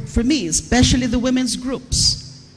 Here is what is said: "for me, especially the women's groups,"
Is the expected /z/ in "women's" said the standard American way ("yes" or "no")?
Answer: yes